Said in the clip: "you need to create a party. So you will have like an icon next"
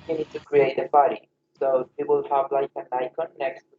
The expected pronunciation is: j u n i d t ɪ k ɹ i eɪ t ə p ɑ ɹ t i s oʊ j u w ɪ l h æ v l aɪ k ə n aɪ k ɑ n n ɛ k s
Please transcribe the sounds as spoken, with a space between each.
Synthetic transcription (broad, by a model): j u n i d t ɪ k ɹ i eɪ t ə b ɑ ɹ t i s oʊ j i w ɪ l h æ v l aɪ k ə n aɪ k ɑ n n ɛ k s